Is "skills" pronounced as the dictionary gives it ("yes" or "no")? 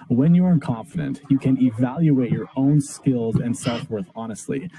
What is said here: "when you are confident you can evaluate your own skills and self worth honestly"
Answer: yes